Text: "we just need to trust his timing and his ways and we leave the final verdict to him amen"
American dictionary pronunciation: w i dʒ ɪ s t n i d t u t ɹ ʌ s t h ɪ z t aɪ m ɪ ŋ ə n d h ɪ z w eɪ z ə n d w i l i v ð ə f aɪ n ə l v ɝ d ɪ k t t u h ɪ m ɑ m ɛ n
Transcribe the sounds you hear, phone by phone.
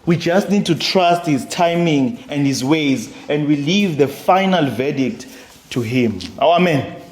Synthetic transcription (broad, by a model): w i dʒ ɪ s t n i d t u t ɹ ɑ s t h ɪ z t aɪ m ɪ ŋ ə n d h ɪ z w eɪ z ə n d w i l i v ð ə f aɪ n ə l v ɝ d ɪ k t t u h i m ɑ m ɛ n